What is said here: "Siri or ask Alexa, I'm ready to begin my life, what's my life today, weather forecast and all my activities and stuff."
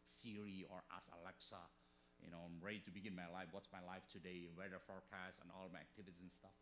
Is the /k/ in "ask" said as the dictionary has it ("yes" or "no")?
no